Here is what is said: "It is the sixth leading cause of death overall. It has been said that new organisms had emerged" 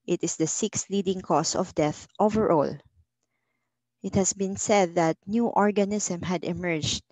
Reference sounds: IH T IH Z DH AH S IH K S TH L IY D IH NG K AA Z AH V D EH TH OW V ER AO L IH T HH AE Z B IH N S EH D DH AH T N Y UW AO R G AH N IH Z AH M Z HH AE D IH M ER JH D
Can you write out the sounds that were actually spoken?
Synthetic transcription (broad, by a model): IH T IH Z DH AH S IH K S L IY D IH NG K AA S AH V D EH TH OW V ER AO L IH T HH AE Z B IH N S EH D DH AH T N Y UW AO R G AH N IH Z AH M HH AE D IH M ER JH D